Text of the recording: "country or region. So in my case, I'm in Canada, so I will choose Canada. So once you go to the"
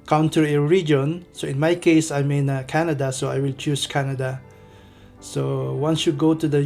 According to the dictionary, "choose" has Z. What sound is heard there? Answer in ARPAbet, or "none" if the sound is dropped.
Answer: S